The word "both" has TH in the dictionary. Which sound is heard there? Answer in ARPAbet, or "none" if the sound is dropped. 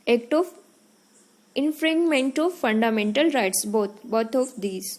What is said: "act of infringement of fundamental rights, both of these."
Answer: T